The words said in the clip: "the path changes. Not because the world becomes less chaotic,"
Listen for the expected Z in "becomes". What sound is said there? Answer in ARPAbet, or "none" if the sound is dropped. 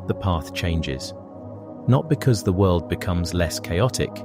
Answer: Z